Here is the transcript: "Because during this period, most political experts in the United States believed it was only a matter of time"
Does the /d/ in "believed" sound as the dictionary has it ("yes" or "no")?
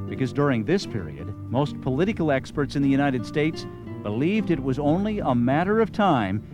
yes